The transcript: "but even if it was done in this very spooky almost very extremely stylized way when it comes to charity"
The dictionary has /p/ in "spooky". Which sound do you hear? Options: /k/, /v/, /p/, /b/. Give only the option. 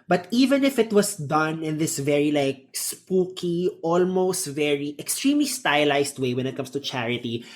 /p/